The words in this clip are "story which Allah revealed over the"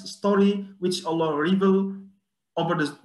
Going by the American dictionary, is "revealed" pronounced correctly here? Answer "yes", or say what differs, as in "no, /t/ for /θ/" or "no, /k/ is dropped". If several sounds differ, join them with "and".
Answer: no, /d/ is dropped